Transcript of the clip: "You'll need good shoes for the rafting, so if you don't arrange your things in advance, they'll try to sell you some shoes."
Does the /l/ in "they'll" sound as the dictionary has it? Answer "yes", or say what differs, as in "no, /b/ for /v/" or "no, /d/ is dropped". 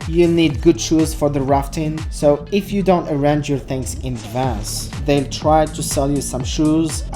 yes